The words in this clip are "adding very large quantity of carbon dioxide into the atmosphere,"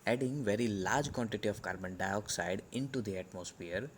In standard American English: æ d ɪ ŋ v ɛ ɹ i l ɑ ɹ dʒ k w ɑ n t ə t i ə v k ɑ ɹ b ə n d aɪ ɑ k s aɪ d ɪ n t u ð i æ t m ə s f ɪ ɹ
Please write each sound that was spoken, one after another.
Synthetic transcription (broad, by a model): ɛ d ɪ ŋ v ɛ ɹ i l ɑ ɹ dʒ k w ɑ n t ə t i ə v k ɑ ɹ b ə n d aɪ ɑ k s aɪ d ɪ n t u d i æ t m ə s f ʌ ɹ